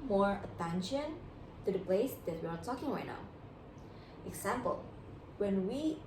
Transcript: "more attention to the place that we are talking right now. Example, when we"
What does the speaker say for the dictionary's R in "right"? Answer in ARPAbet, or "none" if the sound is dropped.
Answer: W